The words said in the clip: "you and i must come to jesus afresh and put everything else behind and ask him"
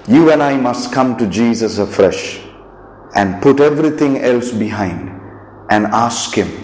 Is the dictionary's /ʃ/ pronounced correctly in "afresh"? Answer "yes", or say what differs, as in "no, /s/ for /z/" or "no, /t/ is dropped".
yes